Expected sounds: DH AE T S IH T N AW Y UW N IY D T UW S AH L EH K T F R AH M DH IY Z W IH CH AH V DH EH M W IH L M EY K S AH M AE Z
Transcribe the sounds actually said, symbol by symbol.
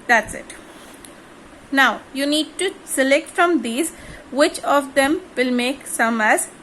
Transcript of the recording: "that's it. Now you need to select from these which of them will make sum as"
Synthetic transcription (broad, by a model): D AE T S IH T N AW Y UW N IY D T UW S AH L EH K T F R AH M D IY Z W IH CH AH V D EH M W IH L M EY K S AH M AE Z